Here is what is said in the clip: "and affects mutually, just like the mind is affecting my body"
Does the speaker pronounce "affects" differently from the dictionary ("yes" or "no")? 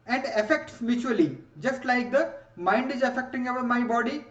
no